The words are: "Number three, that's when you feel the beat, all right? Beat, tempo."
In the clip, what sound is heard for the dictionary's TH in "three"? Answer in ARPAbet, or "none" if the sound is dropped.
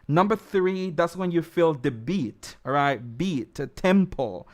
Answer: TH